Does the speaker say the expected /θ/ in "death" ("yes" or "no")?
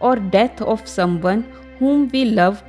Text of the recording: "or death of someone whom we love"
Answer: no